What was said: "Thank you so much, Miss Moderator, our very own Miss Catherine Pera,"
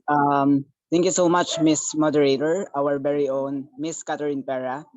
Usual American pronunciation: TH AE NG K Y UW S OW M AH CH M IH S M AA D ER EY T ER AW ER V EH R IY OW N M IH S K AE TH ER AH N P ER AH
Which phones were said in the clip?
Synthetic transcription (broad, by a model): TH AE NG K Y UW S OW M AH CH M IH S M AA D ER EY T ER AW ER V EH R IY OW N M IH S K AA T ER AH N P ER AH